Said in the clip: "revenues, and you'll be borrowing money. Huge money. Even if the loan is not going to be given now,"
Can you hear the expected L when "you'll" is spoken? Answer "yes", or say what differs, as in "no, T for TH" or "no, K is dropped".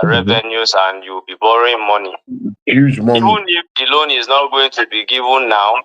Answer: no, W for L